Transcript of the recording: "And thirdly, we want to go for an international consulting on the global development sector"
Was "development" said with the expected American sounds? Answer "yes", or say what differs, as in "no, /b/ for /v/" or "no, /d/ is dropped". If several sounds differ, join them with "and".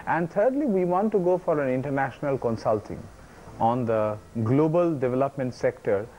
yes